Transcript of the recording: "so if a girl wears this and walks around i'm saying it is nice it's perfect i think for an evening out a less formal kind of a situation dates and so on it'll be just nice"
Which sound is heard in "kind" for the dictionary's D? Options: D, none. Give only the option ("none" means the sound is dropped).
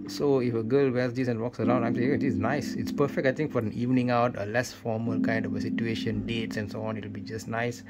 D